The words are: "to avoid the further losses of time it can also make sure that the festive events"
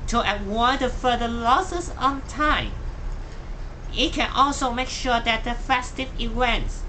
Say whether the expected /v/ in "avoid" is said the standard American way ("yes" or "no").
no